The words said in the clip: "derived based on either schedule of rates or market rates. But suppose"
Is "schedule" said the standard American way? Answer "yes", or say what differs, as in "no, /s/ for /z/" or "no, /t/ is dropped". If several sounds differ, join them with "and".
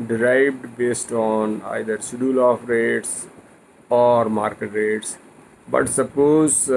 no, /k/ is dropped